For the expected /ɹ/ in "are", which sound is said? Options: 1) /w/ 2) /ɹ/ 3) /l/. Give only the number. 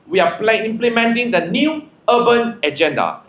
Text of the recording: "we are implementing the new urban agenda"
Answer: 3